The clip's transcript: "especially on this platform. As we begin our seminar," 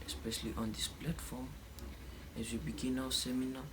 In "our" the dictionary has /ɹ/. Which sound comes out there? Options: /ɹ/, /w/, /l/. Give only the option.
/w/